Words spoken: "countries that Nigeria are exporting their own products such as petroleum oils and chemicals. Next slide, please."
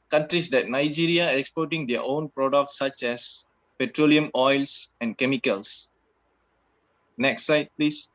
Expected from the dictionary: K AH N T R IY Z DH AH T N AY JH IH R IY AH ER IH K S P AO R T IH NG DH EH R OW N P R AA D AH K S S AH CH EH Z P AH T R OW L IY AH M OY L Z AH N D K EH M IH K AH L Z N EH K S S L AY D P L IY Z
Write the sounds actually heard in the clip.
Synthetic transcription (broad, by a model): K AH N T R IY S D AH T N AY JH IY R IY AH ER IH K S P AO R T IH NG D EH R OW N P R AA D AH K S S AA CH EH S P AH T R OW L IY AH M OY L S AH N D K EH M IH K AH L S N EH K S S AY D P L IY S